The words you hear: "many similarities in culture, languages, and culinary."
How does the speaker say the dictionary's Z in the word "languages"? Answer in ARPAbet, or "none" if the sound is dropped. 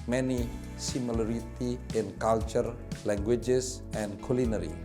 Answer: S